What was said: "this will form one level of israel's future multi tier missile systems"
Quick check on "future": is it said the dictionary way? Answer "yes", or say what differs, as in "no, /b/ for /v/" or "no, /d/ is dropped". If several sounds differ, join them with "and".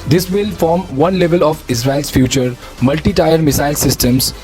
yes